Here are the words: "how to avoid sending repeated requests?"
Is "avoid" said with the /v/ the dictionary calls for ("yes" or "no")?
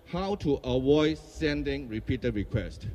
no